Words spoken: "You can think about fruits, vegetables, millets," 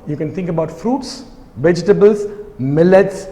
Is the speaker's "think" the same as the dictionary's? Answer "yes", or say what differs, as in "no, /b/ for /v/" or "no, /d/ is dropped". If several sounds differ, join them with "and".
no, /t/ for /θ/